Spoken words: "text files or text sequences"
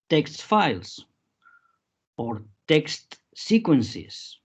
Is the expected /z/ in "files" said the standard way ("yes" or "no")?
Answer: no